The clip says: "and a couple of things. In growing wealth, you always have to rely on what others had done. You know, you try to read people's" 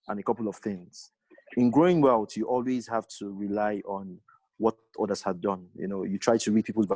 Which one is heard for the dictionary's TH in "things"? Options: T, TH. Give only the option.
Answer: TH